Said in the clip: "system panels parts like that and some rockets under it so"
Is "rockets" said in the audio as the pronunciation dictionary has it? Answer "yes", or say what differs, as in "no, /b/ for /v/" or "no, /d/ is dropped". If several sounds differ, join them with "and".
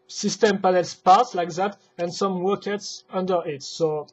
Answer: no, /w/ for /ɹ/